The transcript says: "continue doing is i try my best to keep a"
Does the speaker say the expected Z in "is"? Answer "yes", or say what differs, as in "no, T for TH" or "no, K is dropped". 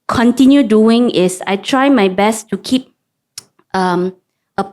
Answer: no, S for Z